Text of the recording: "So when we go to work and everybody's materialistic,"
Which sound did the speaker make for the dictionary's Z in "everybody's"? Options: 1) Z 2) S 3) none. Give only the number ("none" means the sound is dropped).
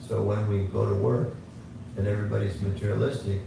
1